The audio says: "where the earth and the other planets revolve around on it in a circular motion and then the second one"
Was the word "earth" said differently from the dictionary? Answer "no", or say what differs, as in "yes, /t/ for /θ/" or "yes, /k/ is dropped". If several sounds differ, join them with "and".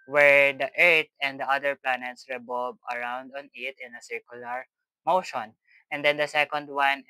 yes, /t/ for /θ/